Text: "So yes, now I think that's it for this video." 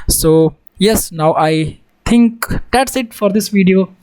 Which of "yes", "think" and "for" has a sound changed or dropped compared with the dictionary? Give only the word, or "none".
think